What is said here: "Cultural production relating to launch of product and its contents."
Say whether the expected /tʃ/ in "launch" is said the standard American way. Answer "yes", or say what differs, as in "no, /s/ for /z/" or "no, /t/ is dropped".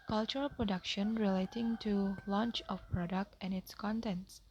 yes